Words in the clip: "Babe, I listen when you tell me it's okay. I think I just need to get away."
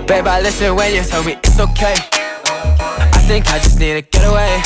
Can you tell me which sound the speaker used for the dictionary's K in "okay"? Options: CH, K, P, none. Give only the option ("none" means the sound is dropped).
K